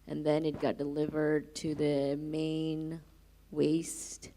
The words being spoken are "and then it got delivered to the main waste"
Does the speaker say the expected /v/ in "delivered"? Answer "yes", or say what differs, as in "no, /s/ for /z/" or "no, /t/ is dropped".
yes